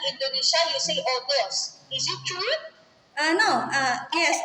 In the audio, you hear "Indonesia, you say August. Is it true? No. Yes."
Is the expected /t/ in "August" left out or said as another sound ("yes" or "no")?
yes